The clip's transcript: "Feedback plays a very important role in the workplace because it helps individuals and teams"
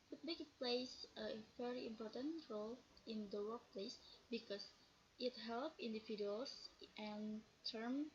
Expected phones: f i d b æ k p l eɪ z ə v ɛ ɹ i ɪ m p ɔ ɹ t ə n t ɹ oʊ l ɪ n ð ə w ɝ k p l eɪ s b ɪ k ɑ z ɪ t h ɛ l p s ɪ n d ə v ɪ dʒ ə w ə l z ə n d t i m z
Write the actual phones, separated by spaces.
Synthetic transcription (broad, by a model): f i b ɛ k p l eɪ s ə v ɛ ɹ i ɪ m p ɔ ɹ t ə n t ɹ oʊ l ɪ n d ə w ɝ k p l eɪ s b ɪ k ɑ s ɪ t h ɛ l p ɪ n d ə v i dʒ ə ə l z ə n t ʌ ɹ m